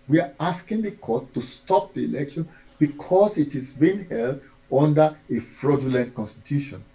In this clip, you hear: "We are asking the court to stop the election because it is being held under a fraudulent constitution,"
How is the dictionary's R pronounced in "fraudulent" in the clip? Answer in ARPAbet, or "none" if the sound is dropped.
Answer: R